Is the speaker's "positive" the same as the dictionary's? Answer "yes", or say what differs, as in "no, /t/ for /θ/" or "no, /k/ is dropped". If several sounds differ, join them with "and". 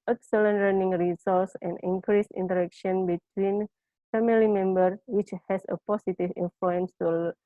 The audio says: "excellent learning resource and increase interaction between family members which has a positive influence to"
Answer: no, /s/ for /z/